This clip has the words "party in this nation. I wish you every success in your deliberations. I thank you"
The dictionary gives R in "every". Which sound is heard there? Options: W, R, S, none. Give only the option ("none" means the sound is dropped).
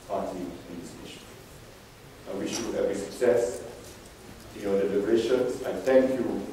none